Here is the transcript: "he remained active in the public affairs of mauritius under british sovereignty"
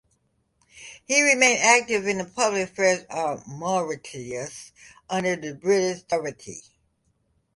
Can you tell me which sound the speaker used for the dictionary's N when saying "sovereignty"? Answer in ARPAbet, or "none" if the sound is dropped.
none